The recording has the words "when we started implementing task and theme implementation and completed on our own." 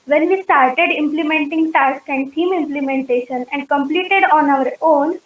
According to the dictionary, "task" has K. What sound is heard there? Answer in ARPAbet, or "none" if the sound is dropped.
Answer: K